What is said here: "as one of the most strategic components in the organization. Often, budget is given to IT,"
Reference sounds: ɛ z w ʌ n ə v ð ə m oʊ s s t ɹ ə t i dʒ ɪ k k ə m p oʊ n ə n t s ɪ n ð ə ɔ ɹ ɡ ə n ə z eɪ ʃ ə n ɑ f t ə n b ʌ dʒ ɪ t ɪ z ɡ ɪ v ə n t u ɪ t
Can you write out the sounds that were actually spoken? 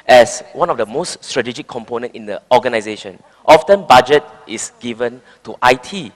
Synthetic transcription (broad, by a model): ɛ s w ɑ n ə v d ə m oʊ s s t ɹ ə t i dʒ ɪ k k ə m p oʊ n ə n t ɪ n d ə ɔ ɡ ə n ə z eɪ ʃ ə n ɑ f t ə n b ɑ dʒ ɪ t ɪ s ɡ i v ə n t u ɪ t